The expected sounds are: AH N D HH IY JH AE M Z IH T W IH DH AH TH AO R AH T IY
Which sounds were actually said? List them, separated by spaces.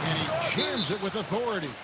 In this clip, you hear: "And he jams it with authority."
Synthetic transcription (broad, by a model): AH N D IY CH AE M Z IH T W IH DH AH TH AO R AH T IY